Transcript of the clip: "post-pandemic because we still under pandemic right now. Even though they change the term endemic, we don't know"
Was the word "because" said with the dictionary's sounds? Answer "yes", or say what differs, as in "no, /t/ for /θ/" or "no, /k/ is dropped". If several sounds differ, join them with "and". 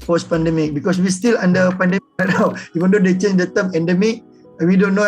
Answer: no, /s/ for /z/